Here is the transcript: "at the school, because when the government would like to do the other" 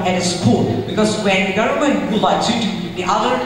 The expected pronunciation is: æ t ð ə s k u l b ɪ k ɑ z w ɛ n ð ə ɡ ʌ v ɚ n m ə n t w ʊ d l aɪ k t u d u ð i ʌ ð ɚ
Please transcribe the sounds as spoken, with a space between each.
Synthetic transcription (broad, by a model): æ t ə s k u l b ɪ k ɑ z w ɛ n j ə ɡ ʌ ʊ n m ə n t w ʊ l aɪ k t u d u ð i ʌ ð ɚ